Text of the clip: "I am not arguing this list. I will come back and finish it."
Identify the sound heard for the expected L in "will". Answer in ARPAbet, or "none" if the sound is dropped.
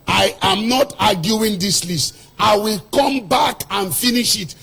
L